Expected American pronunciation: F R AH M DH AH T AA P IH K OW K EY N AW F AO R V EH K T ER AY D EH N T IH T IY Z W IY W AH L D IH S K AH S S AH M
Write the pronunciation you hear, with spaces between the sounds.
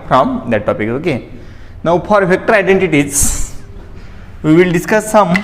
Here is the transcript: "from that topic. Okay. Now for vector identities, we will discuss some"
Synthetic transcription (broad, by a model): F R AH M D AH T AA P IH K OW K EY N AW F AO R F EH K T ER AY D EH N T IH T IY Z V IY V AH L D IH S K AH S S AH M